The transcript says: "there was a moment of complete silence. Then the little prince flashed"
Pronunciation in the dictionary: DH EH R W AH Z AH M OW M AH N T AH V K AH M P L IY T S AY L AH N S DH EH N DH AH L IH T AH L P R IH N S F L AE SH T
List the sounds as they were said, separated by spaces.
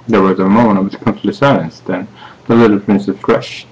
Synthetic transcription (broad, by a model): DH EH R W AH Z AH M OW M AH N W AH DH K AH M F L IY S AY L AH N S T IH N DH AH L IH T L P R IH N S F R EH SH